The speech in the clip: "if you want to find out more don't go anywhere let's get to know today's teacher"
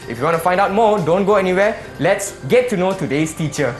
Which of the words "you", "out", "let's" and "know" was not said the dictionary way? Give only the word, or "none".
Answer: none